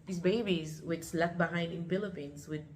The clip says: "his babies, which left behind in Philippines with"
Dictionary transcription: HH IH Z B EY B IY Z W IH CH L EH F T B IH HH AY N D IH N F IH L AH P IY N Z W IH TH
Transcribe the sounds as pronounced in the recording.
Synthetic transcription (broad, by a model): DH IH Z B EY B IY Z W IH S L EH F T B IH HH AY N D IH N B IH L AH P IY N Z W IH